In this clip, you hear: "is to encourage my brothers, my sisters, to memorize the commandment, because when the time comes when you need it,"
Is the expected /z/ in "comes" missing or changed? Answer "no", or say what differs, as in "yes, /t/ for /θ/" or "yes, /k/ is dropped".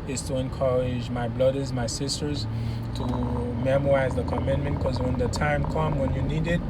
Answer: yes, /z/ is dropped